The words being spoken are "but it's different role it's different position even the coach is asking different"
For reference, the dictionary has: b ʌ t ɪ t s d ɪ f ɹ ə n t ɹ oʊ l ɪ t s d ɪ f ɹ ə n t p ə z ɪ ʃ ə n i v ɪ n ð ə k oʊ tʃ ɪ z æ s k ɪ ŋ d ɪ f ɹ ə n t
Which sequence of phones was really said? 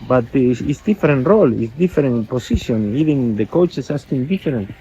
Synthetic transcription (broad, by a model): b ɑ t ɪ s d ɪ f ɹ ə n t ɹ oʊ l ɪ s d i f ɹ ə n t p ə s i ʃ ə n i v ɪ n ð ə k oʊ tʃ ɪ s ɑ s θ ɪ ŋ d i f ɹ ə n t